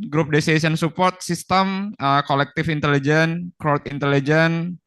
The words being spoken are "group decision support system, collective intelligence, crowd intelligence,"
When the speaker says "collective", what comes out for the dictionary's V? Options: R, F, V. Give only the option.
F